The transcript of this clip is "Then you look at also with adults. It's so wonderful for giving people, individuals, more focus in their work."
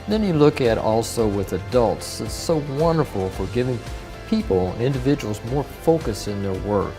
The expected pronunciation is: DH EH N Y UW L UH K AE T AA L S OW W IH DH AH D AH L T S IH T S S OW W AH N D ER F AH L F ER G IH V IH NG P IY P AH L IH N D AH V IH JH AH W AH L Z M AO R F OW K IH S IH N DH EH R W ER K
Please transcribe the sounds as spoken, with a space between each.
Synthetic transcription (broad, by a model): DH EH N Y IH L UH K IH T AA L S OW W IH DH AH D AH L T S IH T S S OW W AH N D ER F L F ER G IH V IH NG P IY P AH N IH N D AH V IH JH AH W L Z M AO R F OW K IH S IH N DH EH R W ER K